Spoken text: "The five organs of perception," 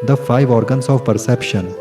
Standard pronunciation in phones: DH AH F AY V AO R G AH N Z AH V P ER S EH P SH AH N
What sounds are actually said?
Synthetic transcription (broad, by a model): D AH F AY V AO R G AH N S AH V P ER S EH P SH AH N